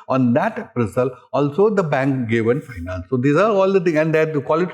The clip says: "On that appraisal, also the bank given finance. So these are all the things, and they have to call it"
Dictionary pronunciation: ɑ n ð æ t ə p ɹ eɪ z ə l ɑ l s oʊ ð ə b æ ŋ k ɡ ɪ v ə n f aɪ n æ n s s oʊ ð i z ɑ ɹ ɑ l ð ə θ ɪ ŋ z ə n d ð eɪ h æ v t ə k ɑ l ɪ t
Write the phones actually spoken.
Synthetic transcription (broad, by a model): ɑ n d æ t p ɹ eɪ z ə l ɑ l s oʊ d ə b æ ŋ k ɡ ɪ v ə n f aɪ n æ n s s oʊ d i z ɑ ɹ ɑ l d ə t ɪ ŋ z ə n d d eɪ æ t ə k ɑ l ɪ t